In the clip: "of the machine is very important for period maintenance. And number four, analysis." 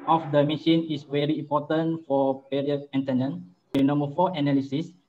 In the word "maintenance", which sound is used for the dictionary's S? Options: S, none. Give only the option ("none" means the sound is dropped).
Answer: none